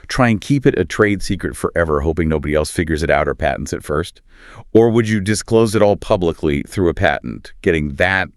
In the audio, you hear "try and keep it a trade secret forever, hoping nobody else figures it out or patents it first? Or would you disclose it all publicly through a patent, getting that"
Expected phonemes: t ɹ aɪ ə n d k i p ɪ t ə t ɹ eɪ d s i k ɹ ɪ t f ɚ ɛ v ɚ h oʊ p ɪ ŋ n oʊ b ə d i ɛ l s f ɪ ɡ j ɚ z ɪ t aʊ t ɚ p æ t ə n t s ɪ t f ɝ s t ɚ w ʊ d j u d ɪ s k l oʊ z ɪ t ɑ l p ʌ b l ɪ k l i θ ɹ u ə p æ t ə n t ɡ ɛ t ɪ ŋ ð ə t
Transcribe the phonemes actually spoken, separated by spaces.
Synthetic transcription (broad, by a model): t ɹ aɪ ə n k i p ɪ t ə t ɹ eɪ d s i k ɹ ɪ t f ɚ ɛ v ɚ h oʊ p ɪ ŋ n oʊ b ə d i ɛ l s f ɪ ɡ j ɚ z ɪ t aʊ t ɚ p æ t n t s ɪ t f ɝ s t ɚ w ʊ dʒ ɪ d ɪ s k l oʊ z ɪ t ɑ l p ʌ b l ɪ k l i θ ɹ u ə p æ t n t ɡ ɛ t ɪ ŋ ð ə t